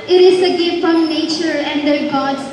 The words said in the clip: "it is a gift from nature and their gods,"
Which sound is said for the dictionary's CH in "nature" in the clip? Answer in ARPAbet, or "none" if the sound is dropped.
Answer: CH